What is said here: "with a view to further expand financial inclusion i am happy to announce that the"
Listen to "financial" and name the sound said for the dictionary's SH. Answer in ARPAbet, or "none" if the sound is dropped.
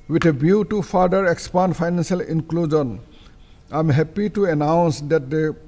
S